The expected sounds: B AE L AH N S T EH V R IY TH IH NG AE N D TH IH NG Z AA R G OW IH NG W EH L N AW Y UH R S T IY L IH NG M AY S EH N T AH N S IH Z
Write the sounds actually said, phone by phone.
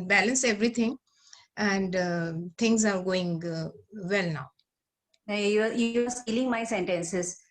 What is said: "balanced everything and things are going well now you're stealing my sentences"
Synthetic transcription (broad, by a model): B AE L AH N S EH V R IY T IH NG AE N D T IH NG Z AA R G OW IH NG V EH L N AW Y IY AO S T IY L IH NG M AY S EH N T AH N S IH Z